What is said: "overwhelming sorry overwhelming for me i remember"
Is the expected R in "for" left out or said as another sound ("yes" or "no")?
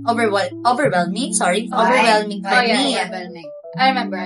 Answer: yes